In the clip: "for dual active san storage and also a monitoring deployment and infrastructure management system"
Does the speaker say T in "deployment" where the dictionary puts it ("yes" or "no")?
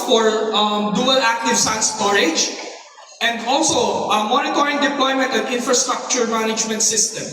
yes